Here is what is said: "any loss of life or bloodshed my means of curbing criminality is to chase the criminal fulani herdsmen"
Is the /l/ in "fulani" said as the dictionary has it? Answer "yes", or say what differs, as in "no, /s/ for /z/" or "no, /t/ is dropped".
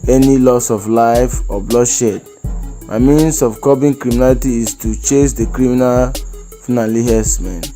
no, /n/ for /l/